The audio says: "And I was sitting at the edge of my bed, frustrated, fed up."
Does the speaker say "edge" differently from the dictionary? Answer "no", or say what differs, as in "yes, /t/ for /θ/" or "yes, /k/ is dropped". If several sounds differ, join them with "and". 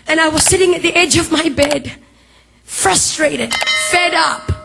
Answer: no